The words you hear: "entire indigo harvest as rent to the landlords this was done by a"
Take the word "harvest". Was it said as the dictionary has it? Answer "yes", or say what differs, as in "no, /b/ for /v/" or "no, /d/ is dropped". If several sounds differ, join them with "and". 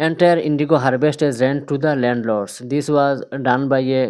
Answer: no, /b/ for /v/